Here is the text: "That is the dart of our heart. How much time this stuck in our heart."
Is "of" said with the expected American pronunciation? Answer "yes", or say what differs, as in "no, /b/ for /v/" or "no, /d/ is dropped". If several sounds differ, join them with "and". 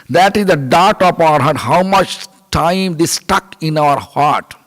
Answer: no, /p/ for /v/